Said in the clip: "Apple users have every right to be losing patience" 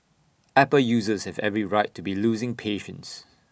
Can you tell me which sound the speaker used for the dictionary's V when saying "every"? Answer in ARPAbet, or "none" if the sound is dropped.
V